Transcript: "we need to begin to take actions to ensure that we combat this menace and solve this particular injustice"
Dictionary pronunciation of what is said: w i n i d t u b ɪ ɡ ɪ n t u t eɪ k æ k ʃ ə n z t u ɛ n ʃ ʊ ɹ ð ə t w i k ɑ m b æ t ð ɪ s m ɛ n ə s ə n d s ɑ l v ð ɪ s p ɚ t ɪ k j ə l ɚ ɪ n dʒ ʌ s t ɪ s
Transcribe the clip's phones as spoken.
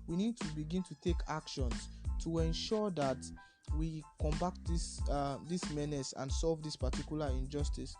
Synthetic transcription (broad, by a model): w i n i d t u b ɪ ɡ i n t u t eɪ k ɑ k ʃ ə n s t u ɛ n ʃ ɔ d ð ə t w i k ɑ m b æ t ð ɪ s m ɛ n ə s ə n s ɑ l v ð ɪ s p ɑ t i k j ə l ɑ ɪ n dʒ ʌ s t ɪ s